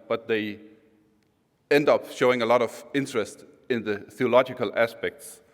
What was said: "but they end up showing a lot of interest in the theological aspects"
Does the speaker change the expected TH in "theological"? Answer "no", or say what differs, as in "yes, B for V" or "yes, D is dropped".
no